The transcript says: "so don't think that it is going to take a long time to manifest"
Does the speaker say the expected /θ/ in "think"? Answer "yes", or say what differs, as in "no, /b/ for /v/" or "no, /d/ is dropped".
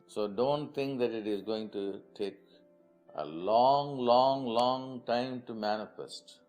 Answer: no, /t/ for /θ/